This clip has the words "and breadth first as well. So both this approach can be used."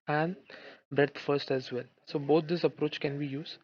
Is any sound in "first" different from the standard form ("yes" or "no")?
no